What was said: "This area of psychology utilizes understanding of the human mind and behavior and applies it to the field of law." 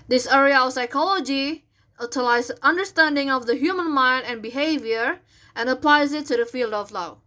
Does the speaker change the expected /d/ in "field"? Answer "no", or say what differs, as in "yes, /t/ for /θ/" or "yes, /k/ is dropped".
no